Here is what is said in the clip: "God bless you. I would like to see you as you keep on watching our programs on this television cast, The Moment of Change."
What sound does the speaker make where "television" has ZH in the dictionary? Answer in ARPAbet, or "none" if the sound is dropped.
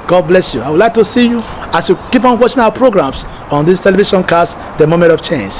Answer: SH